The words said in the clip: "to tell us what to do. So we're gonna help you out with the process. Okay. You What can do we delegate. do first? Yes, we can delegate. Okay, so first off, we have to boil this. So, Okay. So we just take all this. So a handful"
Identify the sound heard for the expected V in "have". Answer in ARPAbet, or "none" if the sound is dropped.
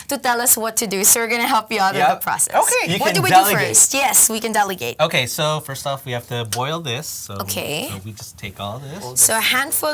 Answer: F